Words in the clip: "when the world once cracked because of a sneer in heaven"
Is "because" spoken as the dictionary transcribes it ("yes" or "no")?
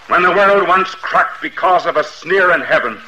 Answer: yes